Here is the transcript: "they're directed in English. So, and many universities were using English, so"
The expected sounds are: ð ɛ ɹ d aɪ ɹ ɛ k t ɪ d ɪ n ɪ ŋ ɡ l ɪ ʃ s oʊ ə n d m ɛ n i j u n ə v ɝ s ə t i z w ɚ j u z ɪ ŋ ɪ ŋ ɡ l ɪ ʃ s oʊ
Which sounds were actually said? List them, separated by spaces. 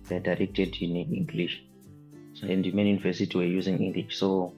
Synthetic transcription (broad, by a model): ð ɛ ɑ d aɪ ɹ ɛ k t ɪ d ɪ n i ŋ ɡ l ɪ ʃ s oʊ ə n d m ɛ n j u n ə v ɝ s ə t i w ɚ j u z ɪ ŋ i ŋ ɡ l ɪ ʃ s oʊ